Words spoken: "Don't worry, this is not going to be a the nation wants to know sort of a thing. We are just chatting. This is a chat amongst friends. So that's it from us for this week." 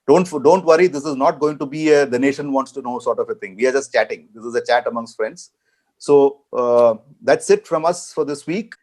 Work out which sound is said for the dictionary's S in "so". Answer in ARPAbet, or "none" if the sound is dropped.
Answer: S